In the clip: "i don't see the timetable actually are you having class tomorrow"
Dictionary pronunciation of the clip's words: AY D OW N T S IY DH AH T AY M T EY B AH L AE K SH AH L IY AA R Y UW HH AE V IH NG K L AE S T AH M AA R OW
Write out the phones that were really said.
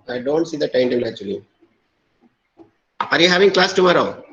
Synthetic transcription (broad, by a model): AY D OW N T S IY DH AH T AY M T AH N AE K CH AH L IY AA R Y UW HH AE V IH NG K L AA S T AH M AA R OW